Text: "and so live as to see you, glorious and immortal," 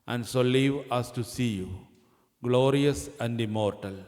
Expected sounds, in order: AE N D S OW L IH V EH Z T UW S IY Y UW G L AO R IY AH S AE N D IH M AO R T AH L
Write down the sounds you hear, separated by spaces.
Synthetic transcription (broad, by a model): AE N D S OW L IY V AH S T UW S IY Y UW G L AO R IY AH S AE N D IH M AO R T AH L